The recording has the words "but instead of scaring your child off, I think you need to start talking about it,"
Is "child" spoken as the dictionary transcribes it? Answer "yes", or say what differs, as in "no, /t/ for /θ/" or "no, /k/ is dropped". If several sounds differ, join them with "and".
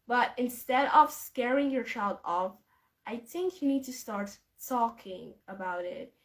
yes